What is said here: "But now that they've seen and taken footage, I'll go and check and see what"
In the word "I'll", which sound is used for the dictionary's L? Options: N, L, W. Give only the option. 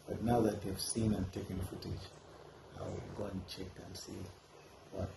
W